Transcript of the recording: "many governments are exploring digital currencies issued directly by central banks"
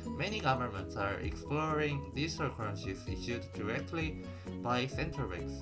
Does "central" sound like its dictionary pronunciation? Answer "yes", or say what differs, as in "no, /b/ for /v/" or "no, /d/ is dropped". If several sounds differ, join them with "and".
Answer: no, /ɹ/ is dropped